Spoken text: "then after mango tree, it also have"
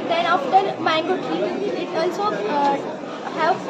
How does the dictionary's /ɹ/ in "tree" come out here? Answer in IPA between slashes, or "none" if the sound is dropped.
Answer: none